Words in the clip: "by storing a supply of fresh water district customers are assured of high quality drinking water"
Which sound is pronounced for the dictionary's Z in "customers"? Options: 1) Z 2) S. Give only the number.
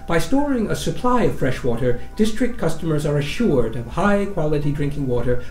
1